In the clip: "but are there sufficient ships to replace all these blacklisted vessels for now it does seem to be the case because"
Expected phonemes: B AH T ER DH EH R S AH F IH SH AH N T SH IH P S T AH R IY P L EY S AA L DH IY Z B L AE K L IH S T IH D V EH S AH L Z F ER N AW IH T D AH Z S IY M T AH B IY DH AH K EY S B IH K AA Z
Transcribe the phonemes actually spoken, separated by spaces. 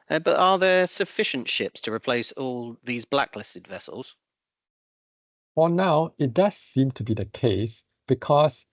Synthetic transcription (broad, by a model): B AH T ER DH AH S AH F IH SH AH N T SH IH P S T AH R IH P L EY S AA L DH IY Z B L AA K L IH S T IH D V EH S AH L Z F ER N AW IH T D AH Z S IY M T AH B IY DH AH K EY S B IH K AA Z